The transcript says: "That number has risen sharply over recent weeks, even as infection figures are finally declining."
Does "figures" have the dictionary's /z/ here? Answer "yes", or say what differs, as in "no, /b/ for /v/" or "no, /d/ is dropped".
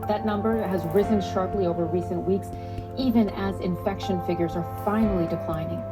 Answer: yes